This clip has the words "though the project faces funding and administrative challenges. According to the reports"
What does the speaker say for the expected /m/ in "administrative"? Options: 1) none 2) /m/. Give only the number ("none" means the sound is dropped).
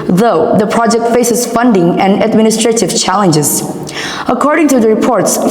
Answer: 2